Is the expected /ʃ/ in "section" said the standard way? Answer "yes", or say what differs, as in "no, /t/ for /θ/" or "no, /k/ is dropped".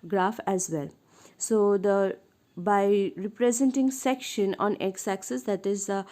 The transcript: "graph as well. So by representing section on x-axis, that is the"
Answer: yes